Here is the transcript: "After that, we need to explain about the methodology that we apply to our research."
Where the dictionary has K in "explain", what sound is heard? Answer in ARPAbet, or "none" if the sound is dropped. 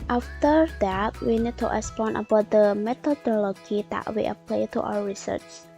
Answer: none